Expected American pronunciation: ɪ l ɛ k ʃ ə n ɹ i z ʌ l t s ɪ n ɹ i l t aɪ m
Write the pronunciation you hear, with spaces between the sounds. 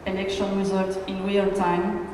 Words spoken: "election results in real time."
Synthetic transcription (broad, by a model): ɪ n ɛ k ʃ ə n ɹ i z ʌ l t ɪ n w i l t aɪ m